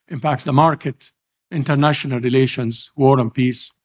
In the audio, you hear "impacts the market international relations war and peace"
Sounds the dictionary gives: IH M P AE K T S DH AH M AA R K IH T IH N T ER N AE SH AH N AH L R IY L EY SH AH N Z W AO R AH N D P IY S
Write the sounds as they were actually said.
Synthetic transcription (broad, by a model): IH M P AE K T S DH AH M AA R K IH T IH N T ER N AE SH AH N AH L R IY L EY SH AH N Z W AO R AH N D P IY S